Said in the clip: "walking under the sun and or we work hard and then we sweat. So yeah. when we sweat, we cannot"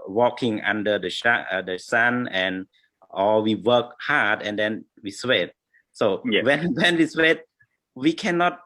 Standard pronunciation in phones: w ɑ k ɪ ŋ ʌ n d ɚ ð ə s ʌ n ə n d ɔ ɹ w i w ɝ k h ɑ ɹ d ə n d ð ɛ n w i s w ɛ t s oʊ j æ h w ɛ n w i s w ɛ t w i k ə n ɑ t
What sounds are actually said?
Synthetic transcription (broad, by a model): w ɑ k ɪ ŋ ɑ n d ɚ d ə ʃ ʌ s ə n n ɔ l w i w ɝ k h ɑ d ə n d ɛ n w i s w ɛ t s oʊ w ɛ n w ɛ n w i s w ɛ t w i k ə n ɑ t